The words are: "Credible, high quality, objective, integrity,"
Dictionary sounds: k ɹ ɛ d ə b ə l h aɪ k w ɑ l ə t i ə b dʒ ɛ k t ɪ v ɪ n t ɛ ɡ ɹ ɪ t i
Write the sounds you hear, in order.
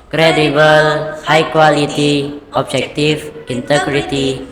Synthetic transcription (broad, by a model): k ɹ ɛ d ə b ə l h aɪ k w ɑ l ə t i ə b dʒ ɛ k t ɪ f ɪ n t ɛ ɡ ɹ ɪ t i